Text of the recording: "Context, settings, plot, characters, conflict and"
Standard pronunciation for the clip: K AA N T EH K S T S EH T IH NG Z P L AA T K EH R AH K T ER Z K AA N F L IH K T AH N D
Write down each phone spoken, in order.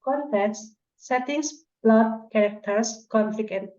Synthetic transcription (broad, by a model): K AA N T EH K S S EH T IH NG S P L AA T K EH R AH K T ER S K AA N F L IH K AH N